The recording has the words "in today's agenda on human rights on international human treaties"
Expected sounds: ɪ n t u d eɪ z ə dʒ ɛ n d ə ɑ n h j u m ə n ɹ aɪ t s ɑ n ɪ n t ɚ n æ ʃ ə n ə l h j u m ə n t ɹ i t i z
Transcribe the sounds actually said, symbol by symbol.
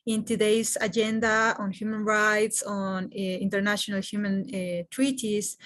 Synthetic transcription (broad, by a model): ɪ n t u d eɪ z ə dʒ ɛ n d ə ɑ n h j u m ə n ɹ aɪ t s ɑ n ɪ n t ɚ n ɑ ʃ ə n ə l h j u m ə n t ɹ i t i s